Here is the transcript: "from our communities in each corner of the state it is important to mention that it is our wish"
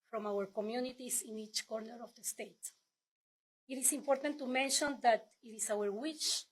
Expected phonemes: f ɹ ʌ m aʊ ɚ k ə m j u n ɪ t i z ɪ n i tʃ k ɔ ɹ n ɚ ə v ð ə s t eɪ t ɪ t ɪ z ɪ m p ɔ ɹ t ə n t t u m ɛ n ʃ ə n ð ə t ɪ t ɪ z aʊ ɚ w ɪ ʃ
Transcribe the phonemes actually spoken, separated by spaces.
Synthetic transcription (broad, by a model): f ɹ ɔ m aʊ ɚ k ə m j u n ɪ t i s ɪ n i tʃ k ɔ ɹ n ɚ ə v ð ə s t eɪ t ɪ t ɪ s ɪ m p ɔ ɹ t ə n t t u m ɛ n ʃ ə n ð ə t ɪ t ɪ s aʊ ɚ w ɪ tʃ